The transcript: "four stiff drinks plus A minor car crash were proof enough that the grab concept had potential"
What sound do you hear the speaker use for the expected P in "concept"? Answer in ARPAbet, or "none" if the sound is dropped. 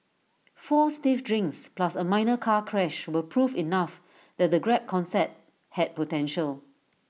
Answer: none